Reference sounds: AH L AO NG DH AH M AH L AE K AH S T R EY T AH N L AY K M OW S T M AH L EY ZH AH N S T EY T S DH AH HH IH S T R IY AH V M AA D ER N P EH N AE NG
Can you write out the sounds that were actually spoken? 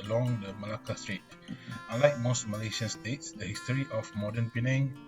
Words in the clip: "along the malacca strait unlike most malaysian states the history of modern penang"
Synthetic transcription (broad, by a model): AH L AO NG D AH M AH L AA K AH S T R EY T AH L AY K M OW S T M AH L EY SH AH N S T EY T S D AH HH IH S T R IY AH F M AA D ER N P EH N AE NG